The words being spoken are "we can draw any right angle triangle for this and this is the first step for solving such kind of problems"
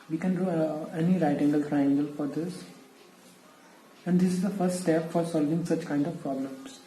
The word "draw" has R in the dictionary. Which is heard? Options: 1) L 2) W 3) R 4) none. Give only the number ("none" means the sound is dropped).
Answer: 4